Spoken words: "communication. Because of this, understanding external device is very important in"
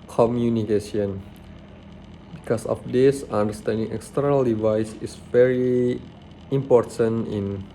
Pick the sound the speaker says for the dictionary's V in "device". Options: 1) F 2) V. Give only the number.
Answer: 2